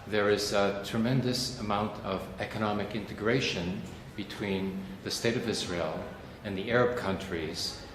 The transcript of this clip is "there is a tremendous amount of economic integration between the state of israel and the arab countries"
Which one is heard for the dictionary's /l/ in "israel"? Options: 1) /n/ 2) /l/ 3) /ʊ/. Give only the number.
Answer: 2